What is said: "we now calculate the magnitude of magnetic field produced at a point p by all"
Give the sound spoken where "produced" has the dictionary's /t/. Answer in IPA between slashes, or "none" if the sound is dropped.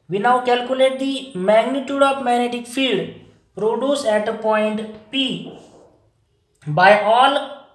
none